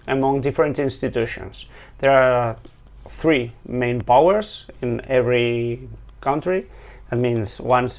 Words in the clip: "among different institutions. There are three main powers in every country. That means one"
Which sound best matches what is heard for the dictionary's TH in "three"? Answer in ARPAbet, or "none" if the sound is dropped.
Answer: TH